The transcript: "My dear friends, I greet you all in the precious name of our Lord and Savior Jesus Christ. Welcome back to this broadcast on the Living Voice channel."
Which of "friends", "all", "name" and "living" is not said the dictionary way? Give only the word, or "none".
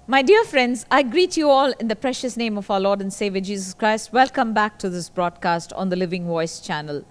none